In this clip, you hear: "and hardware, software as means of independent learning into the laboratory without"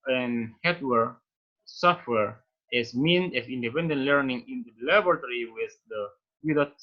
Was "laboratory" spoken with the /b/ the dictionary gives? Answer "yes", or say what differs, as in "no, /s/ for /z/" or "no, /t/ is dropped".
no, /b/ is dropped